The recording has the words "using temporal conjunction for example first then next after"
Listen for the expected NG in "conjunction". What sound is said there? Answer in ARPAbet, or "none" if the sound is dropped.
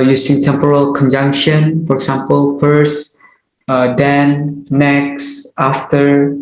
NG